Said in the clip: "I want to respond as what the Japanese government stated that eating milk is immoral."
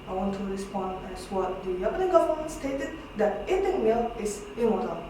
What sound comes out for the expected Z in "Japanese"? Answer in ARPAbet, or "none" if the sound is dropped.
none